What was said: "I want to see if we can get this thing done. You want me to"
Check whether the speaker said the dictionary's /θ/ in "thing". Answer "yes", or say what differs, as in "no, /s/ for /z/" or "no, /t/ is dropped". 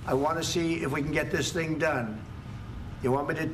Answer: yes